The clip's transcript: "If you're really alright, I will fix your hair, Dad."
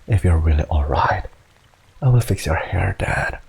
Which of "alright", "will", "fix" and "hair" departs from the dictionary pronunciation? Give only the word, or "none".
none